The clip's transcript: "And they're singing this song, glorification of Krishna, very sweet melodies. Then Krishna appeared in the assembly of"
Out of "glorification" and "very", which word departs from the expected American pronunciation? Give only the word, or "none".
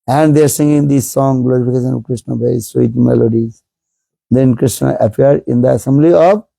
very